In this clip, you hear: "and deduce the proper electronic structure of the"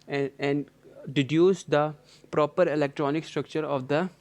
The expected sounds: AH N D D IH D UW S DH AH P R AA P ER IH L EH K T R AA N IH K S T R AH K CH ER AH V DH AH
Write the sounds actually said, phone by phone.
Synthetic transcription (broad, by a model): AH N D D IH D UW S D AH P R AA P ER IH L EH K T R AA N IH K S T R AH K CH ER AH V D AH